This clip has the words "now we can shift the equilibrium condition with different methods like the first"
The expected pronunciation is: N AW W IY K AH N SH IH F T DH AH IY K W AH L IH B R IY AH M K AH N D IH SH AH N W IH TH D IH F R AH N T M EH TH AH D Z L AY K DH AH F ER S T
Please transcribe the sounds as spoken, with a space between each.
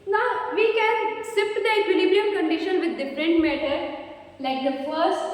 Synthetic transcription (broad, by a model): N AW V IY K AH N S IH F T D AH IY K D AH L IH B R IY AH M K AH N D IH SH AH N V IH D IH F R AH N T M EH T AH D L AY K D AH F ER S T